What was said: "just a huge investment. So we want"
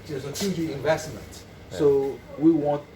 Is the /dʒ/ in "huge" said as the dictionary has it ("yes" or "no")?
no